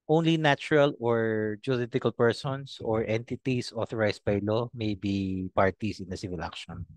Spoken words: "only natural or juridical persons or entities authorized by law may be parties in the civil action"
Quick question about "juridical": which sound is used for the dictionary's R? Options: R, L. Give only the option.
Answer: L